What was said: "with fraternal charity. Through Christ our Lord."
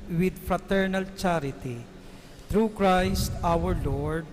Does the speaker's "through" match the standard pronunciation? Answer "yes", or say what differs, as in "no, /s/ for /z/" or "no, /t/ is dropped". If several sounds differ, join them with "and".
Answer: no, /t/ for /θ/